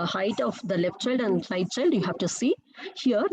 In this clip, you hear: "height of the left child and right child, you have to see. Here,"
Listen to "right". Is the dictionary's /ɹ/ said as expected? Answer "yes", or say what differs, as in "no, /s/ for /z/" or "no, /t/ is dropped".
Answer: no, /l/ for /ɹ/